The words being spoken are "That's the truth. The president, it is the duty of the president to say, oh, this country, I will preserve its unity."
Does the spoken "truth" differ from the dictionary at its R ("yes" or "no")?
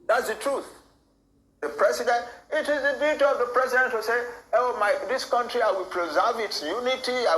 no